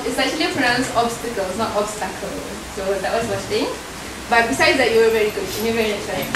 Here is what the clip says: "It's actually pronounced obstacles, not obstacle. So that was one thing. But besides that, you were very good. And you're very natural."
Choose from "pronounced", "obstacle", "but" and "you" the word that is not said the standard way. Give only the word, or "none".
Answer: pronounced